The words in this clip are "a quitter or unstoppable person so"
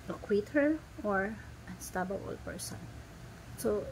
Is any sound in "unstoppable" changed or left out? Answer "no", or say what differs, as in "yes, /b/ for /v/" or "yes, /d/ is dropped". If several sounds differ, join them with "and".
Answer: yes, /b/ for /p/